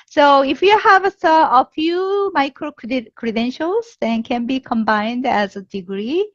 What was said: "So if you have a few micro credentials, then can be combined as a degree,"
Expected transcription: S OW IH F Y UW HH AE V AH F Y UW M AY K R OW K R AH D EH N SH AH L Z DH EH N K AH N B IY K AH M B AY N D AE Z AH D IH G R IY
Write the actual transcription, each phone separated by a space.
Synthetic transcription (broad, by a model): S OW IH F Y UW HH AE V AH F Y UW M AY K R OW K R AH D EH N SH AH L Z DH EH N K AH N B IY K AH M B AY N D AE Z AH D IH G R IY